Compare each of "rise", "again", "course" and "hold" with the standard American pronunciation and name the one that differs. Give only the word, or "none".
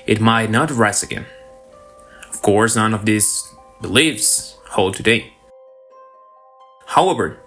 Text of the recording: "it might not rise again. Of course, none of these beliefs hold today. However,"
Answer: rise